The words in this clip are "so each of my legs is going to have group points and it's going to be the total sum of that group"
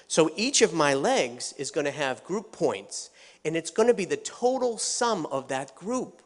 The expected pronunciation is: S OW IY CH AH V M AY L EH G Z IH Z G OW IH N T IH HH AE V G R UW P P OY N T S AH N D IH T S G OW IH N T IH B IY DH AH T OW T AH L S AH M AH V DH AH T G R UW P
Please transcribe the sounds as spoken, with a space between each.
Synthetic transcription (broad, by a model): S OW IY CH AH V M AY L EH G Z IH Z G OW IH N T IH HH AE V G R UW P P OY N T S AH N IH T S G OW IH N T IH B IY DH AH T OW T L S AH M AH V DH AH T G R UW P